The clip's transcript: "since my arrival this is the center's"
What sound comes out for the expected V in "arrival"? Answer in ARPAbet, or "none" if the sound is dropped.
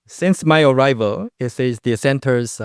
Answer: V